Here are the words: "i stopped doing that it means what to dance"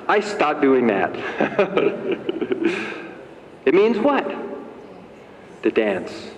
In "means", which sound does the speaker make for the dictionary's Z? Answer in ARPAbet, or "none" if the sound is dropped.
Z